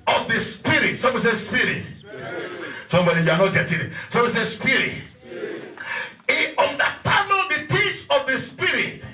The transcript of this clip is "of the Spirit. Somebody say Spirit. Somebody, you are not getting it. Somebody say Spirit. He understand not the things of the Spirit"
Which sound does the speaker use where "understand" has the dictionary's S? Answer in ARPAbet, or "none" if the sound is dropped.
none